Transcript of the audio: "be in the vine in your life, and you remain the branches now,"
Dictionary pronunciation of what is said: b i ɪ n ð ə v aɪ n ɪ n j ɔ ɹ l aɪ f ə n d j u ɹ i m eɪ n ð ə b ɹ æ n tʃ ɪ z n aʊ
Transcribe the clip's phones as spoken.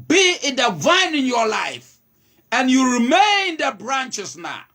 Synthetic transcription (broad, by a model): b i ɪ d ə v aɪ n ɪ n j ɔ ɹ l aɪ f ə n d j u ɹ i m eɪ n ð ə b ɹ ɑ n tʃ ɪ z n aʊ